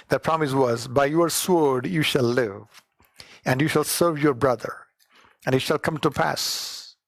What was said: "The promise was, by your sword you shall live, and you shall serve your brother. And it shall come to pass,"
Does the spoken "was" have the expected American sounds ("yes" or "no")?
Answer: yes